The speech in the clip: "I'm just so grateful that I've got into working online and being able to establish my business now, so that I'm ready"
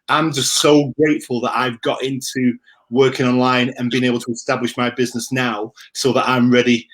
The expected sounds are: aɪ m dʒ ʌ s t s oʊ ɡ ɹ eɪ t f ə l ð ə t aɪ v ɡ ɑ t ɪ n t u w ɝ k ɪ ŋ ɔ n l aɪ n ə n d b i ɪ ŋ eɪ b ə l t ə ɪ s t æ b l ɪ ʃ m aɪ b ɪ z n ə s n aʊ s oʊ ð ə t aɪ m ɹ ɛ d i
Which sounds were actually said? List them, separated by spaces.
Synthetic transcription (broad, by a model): aɪ m dʒ ʌ s t s oʊ ɡ ɹ eɪ t f ə l ð ə t aɪ v ɡ ɑ t ɪ n t u w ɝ k ɪ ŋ ɔ n l aɪ n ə n b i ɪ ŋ eɪ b l t ə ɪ s t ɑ b l ɪ ʃ m aɪ b ɪ z n ə s n aʊ s oʊ ð ə t aɪ m ɹ ɛ d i